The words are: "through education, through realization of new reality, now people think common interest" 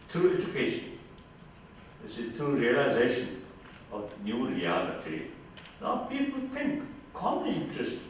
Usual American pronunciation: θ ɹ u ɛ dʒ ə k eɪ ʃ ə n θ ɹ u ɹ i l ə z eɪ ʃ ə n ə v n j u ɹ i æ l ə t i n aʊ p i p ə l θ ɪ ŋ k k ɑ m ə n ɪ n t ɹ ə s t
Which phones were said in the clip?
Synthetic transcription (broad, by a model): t ɹ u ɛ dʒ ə k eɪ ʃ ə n s ɹ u ɹ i l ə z eɪ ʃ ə n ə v n j u ɹ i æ l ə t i n aʊ p i p ə l t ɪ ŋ k k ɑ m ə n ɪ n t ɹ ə s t